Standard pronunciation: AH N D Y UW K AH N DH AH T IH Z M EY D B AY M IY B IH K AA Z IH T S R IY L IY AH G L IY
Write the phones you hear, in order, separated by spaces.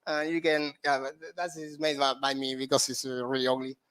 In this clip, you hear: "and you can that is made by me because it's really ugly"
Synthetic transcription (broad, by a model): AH Y UW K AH N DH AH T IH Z M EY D B AY M IY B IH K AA S IH T S R IY L IY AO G L IY